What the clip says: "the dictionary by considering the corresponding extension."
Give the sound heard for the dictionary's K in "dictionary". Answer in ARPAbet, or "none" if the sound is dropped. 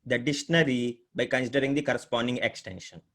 none